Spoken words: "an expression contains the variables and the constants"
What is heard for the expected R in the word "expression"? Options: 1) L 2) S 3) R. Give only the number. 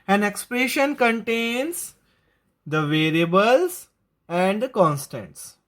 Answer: 3